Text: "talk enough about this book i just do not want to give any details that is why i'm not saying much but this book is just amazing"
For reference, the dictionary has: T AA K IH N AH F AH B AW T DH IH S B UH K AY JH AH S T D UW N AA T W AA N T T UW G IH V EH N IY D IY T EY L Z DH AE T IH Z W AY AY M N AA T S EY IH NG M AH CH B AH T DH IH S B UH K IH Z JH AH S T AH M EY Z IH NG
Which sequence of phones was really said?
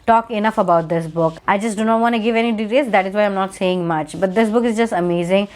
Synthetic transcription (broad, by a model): T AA K IH N AH F AH B AW T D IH S B UH K AY JH AH S T D UW N AA T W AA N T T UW G IH V EH N IY D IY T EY Z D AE T IH Z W AY AY M N AA T S EY IH NG M AH CH B AH T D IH S B UH K IH Z JH AH S T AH M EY Z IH NG